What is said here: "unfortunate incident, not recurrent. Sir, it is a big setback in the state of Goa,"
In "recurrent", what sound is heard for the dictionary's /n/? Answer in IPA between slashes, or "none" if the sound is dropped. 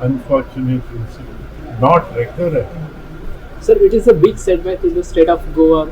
none